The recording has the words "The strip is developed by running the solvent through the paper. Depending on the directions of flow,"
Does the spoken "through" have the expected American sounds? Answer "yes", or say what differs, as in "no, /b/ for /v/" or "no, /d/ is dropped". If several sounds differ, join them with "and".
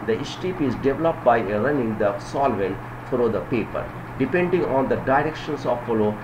no, /f/ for /θ/